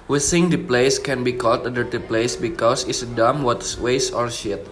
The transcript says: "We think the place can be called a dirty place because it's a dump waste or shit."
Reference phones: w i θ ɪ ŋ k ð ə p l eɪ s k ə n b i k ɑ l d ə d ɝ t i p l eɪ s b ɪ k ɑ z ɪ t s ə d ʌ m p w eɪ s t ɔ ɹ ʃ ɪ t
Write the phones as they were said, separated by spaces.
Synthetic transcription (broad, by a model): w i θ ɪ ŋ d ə p l eɪ s k ə n b i k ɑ l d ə d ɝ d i p l eɪ s b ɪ k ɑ s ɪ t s ə d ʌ m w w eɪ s ɔ ɹ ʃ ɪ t